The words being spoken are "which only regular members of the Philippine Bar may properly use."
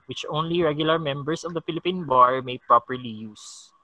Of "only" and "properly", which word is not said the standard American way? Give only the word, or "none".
none